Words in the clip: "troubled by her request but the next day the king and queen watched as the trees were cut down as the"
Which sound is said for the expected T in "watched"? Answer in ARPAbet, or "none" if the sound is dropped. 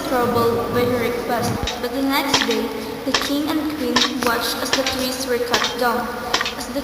T